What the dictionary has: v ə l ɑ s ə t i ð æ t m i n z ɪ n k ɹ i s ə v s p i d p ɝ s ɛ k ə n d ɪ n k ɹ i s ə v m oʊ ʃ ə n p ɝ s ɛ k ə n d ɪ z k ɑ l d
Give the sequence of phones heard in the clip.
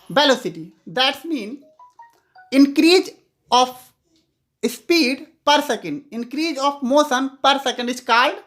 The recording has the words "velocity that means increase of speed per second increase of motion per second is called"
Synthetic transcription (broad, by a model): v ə l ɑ s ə t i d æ t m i n ɪ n k ɹ i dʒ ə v s p i d p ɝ s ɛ k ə n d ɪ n k ɹ i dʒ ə f m oʊ s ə n p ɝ s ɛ k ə n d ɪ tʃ k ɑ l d